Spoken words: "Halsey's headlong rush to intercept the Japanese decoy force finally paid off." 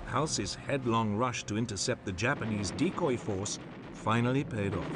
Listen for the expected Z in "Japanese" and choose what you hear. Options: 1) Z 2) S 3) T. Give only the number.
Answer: 1